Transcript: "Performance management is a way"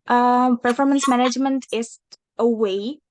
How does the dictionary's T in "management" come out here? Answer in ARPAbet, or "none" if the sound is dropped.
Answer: T